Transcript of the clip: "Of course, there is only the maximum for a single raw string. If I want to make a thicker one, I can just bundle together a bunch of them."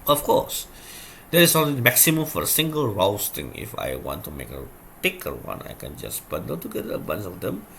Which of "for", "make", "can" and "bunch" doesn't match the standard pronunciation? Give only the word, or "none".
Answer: bunch